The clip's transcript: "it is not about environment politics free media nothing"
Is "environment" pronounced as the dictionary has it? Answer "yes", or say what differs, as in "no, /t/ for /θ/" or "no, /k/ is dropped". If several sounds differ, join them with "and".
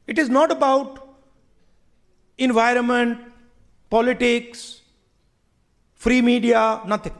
yes